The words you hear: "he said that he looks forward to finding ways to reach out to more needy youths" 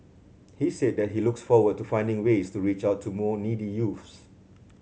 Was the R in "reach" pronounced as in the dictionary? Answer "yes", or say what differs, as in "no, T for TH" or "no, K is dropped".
yes